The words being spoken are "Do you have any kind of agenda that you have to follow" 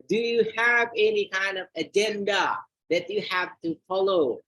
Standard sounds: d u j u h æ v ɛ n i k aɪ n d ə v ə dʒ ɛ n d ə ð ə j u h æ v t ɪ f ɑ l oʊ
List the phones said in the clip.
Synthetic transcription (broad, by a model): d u j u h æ v ɛ n i k aɪ n d ə v ə dʒ ɛ n d ə ð ə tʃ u h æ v t ɪ f ɑ l oʊ